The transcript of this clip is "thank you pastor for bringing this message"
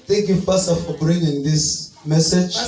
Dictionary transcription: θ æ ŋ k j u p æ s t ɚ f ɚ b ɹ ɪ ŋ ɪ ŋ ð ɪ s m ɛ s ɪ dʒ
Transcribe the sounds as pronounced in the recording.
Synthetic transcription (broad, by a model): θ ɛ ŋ k j u f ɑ s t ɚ f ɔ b ɹ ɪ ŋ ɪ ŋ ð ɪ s m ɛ s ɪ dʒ